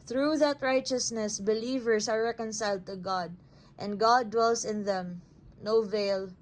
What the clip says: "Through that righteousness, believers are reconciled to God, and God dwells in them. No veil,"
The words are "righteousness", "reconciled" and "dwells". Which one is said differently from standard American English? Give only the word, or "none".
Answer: dwells